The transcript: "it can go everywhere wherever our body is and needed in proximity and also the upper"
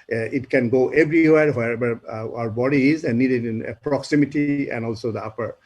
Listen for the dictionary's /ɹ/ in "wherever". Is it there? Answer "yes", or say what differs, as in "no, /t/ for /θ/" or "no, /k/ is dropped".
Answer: no, /ɹ/ is dropped